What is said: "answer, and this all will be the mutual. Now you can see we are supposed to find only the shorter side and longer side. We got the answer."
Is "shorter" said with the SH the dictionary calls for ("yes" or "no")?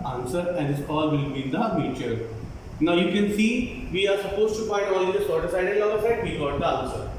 no